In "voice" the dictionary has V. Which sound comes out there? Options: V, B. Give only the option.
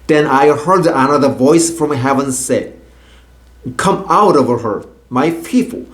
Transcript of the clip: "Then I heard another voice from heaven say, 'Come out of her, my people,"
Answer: V